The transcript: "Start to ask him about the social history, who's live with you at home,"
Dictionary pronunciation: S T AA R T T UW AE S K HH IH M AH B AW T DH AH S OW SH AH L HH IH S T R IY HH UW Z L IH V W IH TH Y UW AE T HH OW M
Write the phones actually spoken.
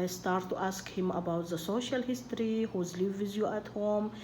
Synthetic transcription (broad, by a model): S T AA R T T UW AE S K HH IH M AH B AW T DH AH S OW SH AH L HH IH S T R IY HH UW Z L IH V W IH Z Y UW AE T HH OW M